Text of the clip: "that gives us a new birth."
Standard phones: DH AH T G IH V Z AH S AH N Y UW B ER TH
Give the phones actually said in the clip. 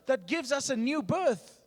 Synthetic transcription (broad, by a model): DH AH T G IH V Z AH S AH N Y UW B ER TH